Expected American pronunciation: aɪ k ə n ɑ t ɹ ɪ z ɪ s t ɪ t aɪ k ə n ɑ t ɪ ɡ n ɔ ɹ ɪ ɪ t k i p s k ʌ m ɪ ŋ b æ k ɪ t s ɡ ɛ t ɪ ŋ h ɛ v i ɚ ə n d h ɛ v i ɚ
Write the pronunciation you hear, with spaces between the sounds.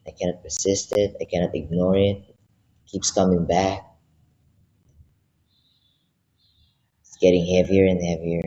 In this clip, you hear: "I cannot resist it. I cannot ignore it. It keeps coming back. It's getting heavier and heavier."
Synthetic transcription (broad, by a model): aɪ k ə n ɑ t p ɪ s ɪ s t ɪ t aɪ k ə n ɑ t ɪ ɡ n ɔ ɹ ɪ ɪ t k i p s k ʌ m ɪ ŋ b æ k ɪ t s ɡ ɛ t ɪ ŋ h ɛ v i ɚ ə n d h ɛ v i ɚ